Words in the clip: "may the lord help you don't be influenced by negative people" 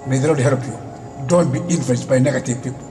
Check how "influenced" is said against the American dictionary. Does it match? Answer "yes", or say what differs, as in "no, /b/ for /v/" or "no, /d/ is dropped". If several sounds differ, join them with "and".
no, /l/ is dropped